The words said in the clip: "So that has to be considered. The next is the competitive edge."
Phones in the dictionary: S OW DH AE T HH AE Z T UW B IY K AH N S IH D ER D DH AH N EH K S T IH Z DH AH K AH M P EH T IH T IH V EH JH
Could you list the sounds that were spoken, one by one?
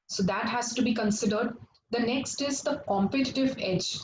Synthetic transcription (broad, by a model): S OW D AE T HH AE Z T UW B IY K AH N S IH D ER D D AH N EH K S T IH Z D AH K AH M P EH T IH T IH V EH JH